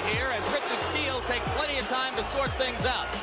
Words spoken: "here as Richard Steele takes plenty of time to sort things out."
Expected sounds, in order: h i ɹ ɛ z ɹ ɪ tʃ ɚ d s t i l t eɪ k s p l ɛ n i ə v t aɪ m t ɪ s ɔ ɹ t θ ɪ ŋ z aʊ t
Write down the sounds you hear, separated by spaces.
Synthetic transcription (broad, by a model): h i ɹ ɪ z ɹ ɪ tʃ ɚ d s t i l t eɪ k s p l ɛ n i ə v t aɪ m t ɪ s ɔ ɹ t θ ɪ ŋ z aʊ t